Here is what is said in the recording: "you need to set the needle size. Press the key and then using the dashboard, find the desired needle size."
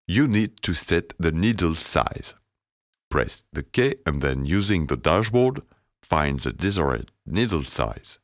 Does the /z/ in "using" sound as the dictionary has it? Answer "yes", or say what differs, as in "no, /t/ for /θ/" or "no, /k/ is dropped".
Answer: yes